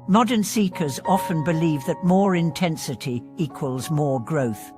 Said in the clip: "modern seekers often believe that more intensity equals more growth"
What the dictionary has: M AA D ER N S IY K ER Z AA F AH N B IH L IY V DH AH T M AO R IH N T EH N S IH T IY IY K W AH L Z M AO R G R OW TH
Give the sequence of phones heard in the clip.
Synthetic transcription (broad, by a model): M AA D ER N S IY K ER Z AA F AH N B IH L IY V DH AH T M AO R IH N T EH N S IH T IY IY K W AH L Z M AO R G R OW TH